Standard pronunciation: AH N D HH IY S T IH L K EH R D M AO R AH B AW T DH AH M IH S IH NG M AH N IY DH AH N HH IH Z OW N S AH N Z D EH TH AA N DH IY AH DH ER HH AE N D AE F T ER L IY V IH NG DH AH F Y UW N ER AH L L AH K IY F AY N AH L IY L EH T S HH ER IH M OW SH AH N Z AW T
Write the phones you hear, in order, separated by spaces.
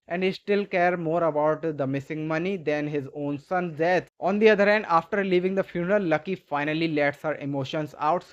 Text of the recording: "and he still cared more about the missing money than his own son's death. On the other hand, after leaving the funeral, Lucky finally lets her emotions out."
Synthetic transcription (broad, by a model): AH N D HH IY S T IH L K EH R D M AO R AH B AW T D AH M IH S IH NG M AH N IY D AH N HH IH Z OW N S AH N D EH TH AA N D IY AH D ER HH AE N D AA F T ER L IY V IH NG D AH F Y UW N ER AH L L AH K IY F AY N AH L IY L EH T S HH ER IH M OW SH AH N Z AW T